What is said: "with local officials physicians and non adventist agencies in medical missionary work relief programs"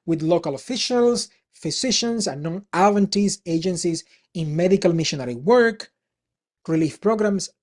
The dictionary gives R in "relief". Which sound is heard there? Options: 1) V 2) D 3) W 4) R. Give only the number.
4